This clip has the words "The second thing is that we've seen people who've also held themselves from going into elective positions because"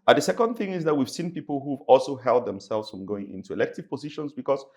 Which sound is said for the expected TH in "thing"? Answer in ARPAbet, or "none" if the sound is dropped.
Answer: TH